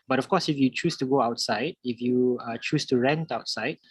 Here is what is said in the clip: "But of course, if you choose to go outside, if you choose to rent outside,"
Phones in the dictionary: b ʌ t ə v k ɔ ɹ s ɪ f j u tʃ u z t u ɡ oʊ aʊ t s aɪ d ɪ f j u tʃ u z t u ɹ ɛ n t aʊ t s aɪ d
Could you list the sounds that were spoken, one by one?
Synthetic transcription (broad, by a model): b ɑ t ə f k ɔ s ɪ f j u tʃ u s t u ɡ oʊ aʊ t s aɪ d ɪ f j u tʃ u s t u ɹ ɛ n t aʊ t s aɪ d